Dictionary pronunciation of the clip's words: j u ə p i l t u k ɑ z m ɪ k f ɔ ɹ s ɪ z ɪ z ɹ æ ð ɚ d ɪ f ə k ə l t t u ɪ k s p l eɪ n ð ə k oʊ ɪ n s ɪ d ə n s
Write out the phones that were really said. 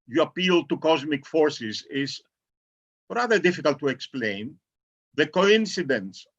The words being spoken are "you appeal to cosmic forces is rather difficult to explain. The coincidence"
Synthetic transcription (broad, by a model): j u ə p i l t u k ɑ z m ɪ k f ɔ ɹ s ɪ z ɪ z ɹ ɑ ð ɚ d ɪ f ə k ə l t t u ɪ k s p l eɪ n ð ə k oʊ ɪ n s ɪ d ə n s